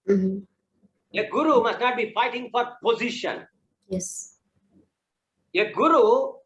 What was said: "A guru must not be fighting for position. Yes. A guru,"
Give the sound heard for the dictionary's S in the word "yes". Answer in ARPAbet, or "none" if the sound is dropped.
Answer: S